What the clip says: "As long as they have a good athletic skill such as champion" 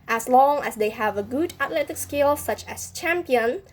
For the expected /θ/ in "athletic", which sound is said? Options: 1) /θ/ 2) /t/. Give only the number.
2